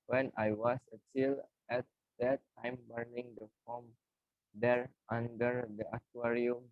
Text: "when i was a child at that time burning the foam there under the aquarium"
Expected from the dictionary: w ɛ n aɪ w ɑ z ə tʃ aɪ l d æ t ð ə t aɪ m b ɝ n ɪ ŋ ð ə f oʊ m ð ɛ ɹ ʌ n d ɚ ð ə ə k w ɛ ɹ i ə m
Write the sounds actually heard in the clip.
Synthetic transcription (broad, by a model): w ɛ n aɪ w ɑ s ə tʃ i l ɛ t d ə t aɪ m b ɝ n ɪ ŋ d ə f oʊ m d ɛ ɹ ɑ n d ɚ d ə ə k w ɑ ɹ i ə m